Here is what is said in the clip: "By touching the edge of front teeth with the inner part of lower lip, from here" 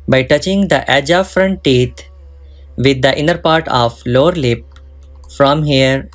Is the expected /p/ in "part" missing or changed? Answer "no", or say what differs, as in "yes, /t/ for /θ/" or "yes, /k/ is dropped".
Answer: no